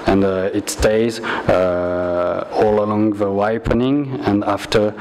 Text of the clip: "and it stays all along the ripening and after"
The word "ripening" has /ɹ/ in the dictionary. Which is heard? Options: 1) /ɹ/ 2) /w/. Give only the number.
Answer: 2